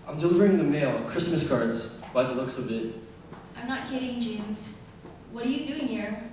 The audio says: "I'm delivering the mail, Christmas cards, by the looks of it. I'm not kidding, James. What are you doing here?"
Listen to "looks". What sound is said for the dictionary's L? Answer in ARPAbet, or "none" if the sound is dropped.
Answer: L